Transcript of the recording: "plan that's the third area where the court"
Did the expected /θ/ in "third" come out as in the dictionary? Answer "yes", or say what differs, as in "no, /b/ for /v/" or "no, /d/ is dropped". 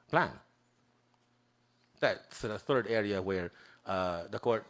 yes